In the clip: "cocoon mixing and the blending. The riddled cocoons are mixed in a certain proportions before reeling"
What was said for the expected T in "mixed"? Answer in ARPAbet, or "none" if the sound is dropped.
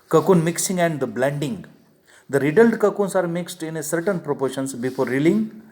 T